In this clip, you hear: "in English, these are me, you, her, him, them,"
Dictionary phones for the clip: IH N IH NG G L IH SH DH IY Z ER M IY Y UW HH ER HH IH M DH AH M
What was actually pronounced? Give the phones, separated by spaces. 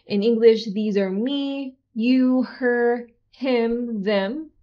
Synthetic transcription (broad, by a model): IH N IH NG G L IH SH DH IY Z ER M IY Y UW HH ER HH IH M DH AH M